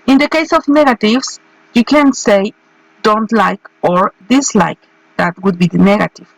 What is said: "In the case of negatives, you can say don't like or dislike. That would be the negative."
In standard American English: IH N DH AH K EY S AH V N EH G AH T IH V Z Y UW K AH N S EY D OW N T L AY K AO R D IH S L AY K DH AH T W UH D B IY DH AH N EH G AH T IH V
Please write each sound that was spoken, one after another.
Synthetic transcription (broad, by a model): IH N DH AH K EY S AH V N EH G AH T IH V S Y UW K AH N S EY D OW N T L AY K AO R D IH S L AY K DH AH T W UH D B IY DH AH N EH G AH T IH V